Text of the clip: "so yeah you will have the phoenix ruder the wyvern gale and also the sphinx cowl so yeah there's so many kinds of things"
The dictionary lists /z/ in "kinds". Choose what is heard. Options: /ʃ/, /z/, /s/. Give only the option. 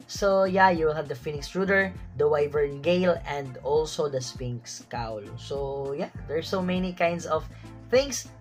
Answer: /s/